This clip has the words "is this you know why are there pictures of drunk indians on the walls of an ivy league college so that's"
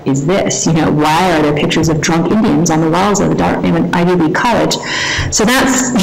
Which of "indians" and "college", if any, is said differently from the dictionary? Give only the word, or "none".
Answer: none